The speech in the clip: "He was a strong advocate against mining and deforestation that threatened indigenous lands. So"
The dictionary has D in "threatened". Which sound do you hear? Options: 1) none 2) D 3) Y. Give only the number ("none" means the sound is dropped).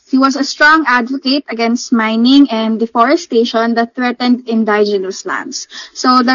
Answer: 2